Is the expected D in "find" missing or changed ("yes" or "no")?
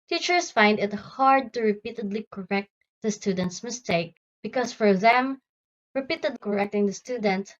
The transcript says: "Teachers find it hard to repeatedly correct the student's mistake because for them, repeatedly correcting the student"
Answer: no